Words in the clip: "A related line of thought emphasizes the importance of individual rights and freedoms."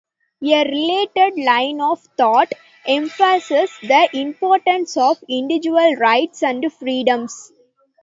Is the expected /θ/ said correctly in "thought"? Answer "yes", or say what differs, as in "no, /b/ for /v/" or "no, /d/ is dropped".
no, /t/ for /θ/